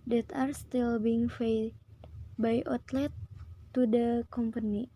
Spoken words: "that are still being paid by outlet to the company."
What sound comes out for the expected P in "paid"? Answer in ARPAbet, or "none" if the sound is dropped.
F